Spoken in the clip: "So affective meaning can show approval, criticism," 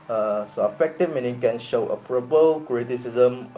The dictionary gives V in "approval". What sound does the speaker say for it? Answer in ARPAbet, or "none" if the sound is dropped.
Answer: P